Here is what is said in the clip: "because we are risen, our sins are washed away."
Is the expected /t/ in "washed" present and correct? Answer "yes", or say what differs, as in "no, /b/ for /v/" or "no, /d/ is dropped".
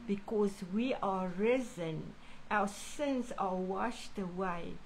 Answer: yes